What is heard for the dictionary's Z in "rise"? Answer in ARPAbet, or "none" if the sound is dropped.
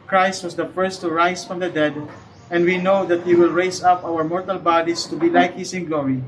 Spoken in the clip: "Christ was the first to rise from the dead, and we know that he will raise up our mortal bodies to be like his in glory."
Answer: S